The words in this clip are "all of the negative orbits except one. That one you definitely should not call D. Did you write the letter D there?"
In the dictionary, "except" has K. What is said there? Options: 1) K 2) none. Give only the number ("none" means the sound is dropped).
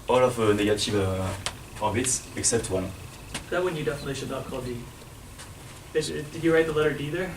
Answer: 1